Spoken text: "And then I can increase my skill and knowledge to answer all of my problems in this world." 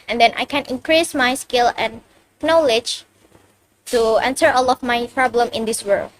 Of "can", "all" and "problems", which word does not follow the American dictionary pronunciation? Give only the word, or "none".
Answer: problems